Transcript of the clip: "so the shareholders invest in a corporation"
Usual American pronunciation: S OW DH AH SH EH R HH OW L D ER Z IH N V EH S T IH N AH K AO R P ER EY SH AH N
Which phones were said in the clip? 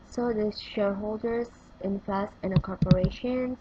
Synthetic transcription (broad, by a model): S OW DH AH SH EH R HH OW L D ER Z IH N F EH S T IH N AH K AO R P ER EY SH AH N